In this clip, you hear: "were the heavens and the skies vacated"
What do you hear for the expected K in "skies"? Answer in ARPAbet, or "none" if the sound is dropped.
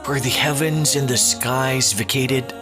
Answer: K